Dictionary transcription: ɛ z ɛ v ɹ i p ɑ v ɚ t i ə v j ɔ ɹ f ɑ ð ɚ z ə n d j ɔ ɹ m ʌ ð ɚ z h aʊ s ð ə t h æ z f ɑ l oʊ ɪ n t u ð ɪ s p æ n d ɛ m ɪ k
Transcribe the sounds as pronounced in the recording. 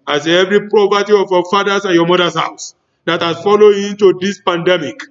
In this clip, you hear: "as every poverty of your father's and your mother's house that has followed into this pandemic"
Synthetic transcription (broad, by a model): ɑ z ɛ v ɹ i p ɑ p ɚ t i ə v j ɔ f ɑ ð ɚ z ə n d j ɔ m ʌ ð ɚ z h aʊ s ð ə t h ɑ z f ɑ l oʊ ɪ n t u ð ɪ s p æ n d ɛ m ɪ k